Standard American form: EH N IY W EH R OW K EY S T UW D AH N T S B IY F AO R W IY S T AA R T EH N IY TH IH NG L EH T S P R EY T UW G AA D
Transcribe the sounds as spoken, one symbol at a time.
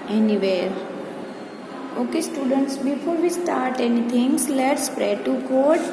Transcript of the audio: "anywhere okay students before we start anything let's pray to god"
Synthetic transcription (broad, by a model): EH N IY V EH R OW K EY S T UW D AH N T S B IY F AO R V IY S T AA R T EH N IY T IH NG L EH T S P R EY T UW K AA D